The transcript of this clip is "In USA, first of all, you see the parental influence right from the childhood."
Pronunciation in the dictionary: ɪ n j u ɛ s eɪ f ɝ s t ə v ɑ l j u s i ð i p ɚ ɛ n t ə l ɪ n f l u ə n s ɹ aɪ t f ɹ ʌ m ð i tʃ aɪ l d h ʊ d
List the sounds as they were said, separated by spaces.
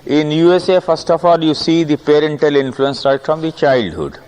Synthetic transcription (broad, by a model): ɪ n j u ɛ s eɪ f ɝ s t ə f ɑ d j u s i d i p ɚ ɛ n t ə l ɪ n f l u ə n s ɹ aɪ t f ɹ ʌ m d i tʃ aɪ l d h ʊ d